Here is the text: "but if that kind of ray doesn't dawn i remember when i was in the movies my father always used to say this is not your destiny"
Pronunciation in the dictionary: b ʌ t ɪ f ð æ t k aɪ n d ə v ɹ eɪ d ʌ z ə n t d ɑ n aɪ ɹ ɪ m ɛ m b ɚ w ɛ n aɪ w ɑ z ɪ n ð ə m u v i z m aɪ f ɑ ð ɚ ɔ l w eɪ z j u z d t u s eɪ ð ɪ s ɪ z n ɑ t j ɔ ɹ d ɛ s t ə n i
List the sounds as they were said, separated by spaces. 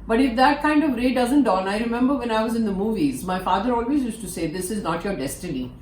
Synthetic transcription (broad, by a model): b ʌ t ɪ f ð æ t k aɪ n d ə v ɹ eɪ d ʌ z ə n t d ɑ n aɪ ɹ ɪ m ɛ m b ɚ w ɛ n aɪ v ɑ z ɪ n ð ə m u v i z m aɪ f ɑ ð ɚ ɔ l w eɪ z j u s t u s eɪ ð ɪ s ɪ z n ɑ t j ɔ ɹ d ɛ s t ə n i